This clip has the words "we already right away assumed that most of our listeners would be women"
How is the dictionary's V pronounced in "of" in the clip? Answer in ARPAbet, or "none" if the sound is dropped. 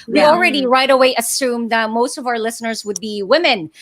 V